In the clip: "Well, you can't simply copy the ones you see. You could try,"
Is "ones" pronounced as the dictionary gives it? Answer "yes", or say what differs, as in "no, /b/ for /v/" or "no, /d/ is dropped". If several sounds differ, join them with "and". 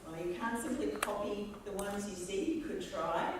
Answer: yes